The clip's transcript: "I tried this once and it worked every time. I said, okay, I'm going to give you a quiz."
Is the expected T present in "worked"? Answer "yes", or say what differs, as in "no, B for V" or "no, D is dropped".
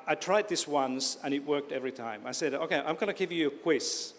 yes